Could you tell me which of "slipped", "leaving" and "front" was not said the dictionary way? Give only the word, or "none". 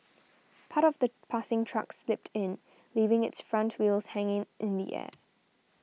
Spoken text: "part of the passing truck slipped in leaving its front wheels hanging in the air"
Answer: none